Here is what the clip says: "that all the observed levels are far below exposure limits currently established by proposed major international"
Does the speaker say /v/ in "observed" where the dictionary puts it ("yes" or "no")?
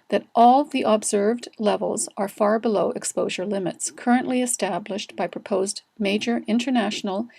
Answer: yes